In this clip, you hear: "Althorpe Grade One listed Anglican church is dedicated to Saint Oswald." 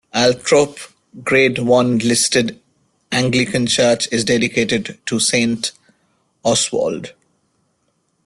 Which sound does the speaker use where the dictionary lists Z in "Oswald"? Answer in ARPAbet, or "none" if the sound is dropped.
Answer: S